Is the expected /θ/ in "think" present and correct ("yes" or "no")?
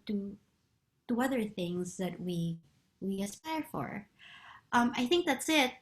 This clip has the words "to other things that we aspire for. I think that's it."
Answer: yes